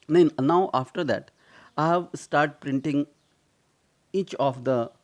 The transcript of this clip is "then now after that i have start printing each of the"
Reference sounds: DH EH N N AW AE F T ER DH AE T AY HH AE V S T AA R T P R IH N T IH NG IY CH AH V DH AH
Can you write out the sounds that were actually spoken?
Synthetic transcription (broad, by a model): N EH N N AW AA F T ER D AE T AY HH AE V S T AA R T P R IH N T IH NG IY CH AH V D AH